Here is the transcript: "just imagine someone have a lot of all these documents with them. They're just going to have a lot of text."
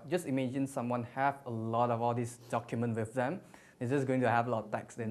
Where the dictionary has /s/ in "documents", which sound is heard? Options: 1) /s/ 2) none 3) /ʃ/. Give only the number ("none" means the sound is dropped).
2